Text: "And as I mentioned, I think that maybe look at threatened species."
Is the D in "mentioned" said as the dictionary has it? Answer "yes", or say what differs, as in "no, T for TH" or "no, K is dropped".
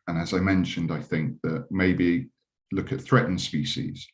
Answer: yes